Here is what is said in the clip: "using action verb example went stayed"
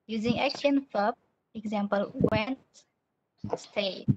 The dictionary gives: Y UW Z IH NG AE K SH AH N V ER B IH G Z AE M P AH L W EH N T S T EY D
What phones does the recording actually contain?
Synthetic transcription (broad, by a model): Y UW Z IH NG AE K SH AH N F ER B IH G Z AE M P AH L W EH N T S T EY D